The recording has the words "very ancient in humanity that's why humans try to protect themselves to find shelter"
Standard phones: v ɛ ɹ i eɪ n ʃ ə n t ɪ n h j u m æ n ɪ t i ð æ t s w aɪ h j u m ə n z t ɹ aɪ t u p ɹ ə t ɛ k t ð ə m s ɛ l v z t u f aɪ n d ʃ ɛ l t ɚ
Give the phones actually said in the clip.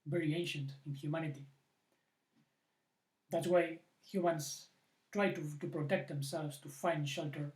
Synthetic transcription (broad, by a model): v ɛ ɹ i eɪ n ʃ ə n t ɪ n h j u m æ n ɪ t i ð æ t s w aɪ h j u m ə n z t ɹ aɪ t u p ɹ ə t ɛ k t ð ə m s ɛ l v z t u f aɪ n d ʃ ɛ l t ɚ